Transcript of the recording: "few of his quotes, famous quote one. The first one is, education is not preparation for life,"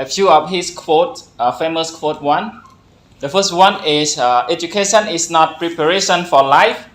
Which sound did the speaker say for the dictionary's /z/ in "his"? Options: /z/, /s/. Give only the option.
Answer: /s/